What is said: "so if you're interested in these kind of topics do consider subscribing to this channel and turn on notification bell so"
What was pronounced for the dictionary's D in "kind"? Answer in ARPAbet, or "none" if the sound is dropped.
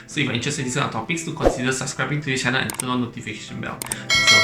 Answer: none